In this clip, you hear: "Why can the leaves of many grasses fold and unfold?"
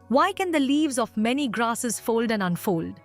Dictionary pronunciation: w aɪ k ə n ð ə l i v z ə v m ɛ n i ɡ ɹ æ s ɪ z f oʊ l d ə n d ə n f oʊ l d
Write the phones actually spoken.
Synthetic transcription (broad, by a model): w aɪ k ə n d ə l i v z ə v m ɛ n i ɡ ɹ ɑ s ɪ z f oʊ l d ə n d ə n f oʊ l d